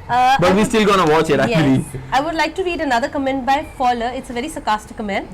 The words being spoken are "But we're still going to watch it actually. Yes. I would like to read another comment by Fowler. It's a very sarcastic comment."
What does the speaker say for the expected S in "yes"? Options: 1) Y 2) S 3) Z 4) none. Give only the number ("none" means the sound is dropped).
4